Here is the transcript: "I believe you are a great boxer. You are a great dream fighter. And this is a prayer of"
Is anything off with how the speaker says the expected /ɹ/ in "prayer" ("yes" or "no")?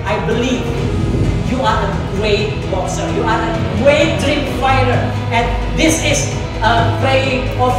yes